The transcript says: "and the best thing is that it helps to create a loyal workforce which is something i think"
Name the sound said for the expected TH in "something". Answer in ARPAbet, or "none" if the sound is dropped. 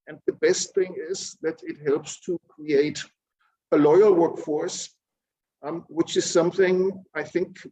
TH